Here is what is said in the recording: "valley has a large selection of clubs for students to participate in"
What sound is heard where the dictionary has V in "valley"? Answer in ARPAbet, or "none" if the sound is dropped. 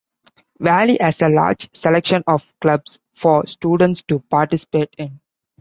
V